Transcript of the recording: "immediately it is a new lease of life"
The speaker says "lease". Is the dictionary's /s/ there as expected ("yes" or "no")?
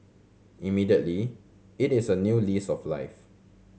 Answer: yes